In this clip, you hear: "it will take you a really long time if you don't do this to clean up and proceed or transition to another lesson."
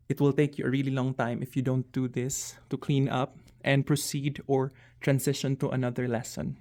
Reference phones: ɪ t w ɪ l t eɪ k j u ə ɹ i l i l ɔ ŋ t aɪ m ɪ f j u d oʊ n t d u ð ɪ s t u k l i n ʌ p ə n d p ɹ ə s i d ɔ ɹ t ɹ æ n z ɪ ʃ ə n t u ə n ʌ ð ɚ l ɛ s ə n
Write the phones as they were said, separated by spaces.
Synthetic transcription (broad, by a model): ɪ t w ɪ l t eɪ k j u ə ɹ i l i l ɔ ŋ t aɪ m ɪ f j u d oʊ n t d u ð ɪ s t u k l i n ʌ p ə n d p ɹ ə s i d ɔ ɹ t ɹ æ n s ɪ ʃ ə n t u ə n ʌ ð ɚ l ɛ s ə n